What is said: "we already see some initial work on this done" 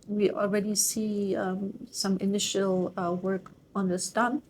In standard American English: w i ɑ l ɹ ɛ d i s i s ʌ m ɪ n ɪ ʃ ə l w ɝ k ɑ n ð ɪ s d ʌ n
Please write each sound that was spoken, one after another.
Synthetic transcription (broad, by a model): w i ɑ l ɹ ɛ d i s i s ʌ m ɪ n ɪ ʃ ə l w ɝ k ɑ n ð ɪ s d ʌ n